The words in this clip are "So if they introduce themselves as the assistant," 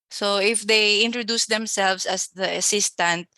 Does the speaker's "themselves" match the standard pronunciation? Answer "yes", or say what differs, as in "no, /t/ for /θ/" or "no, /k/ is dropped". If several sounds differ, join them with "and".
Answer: no, /s/ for /z/